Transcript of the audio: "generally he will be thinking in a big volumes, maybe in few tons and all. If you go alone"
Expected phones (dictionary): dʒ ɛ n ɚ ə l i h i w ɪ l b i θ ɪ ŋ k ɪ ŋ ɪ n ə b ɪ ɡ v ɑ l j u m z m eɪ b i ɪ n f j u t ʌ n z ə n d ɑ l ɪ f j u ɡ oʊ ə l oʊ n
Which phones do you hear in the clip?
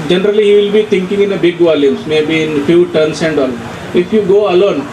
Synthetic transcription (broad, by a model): dʒ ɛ n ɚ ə l i h i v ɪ l b i t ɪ ŋ k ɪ ŋ ɪ n ə b ɪ ɡ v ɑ l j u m s m eɪ b i ɪ n f j u t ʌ n s ə n d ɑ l ɪ f j u ɡ oʊ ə l oʊ n